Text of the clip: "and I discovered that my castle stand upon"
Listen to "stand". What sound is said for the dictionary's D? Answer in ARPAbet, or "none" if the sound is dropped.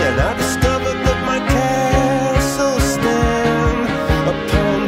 none